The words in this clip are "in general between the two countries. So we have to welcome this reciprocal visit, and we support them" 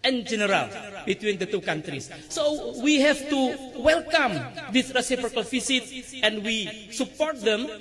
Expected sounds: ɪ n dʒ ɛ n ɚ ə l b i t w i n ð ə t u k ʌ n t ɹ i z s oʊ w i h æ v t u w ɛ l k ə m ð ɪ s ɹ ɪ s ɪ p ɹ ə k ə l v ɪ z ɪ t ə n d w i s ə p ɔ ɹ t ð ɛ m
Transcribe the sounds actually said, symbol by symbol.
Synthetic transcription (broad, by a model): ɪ n dʒ ɛ n ɚ ə l b i t w i n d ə t u k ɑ n t ɹ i s oʊ w i h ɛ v t u w ɛ l k ə m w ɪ θ ɹ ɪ s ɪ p ɹ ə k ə l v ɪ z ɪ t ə n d w i s ə p ɔ ɹ t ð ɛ m